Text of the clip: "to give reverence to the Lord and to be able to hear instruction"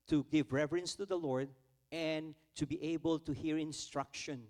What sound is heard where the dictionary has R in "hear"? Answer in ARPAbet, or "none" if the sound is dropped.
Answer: R